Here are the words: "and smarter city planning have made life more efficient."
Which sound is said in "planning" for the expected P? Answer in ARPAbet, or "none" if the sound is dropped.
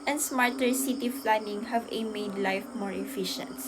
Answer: F